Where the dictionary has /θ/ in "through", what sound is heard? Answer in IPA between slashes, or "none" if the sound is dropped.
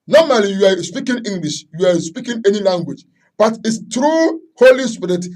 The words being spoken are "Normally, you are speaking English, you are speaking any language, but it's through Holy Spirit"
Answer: /t/